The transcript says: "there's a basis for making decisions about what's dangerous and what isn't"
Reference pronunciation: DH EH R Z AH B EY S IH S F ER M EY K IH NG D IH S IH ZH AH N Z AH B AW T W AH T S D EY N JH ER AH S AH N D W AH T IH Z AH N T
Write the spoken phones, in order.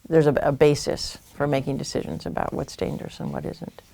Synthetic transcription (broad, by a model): DH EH R Z AH B EY S IH S F ER M EY K IH NG D IH S IH ZH AH N Z AH B AW T W AH T S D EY N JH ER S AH N W AH T IH Z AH N T